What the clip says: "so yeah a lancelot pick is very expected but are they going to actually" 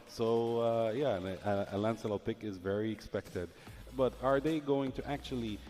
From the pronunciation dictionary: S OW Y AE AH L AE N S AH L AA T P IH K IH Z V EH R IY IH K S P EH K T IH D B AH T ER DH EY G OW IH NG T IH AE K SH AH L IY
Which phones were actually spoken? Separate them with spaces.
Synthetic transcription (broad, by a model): S OW Y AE AH L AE N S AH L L P IH K IH Z V EH R IY IH K S P EH K T IH D B AH T ER DH EY G OW IH NG T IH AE K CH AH L IY